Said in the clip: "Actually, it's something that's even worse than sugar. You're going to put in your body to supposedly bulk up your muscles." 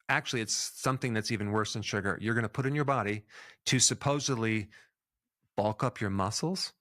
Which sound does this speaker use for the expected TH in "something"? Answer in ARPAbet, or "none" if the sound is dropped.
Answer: TH